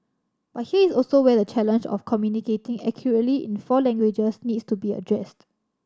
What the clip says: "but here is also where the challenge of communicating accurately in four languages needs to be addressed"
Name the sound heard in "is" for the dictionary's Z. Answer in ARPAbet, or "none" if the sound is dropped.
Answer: S